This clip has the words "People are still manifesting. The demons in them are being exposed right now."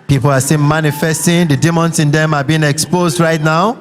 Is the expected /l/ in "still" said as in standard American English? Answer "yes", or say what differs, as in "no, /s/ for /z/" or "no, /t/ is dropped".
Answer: no, /n/ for /l/